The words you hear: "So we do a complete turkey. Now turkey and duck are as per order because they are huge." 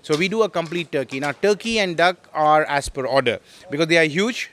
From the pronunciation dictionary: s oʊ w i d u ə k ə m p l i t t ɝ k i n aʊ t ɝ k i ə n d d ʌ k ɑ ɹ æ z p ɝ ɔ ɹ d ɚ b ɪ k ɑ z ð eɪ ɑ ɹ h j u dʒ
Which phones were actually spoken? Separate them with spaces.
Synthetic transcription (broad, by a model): s oʊ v i d u ə k ə m p l i t t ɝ k i n aʊ t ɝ k i ə n d d ʌ k ɑ ɹ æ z p ɝ ɔ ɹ d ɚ b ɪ k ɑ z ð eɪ ɑ ɹ h j u dʒ